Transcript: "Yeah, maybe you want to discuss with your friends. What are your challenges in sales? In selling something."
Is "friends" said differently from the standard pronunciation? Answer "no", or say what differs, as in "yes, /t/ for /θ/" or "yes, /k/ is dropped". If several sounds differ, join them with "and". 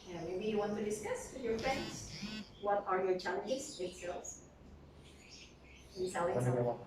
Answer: no